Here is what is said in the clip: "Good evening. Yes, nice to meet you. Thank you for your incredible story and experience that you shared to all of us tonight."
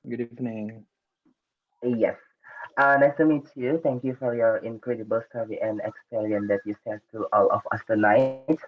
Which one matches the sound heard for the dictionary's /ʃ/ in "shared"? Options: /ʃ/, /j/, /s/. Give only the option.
/s/